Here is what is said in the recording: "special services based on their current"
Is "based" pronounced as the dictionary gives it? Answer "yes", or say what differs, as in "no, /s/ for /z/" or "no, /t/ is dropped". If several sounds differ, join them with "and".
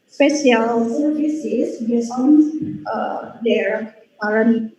no, /t/ is dropped